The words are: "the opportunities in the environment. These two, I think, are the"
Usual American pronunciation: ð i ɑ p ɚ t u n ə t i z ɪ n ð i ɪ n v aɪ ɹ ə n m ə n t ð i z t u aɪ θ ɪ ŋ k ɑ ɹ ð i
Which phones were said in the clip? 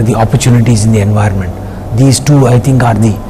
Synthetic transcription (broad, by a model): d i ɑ p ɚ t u n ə t i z ɪ n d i ɪ n v aɪ ɹ ə n m ə n t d i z t u aɪ t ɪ ŋ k ɑ ɹ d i